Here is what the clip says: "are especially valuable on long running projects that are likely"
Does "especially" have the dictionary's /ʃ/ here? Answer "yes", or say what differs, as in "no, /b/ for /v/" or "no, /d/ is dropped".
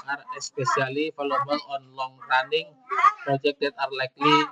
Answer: no, /s/ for /ʃ/